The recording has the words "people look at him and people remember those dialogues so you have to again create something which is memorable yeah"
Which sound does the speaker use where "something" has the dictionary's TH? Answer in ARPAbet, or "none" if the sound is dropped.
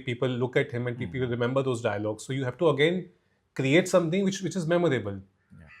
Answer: T